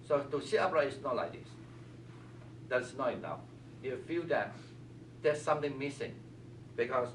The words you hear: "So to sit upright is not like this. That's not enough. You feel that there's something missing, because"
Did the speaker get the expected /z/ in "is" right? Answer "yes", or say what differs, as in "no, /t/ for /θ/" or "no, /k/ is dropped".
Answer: no, /s/ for /z/